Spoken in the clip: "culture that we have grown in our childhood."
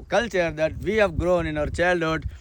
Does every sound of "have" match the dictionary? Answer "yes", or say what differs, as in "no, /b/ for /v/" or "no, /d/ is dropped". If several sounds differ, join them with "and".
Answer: yes